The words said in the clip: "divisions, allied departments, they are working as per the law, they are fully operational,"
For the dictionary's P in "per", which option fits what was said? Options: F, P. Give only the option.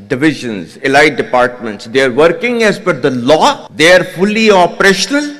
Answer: F